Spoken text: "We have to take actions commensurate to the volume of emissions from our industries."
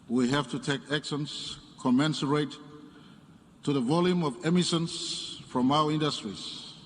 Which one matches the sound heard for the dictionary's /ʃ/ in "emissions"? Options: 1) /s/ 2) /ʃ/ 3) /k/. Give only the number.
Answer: 1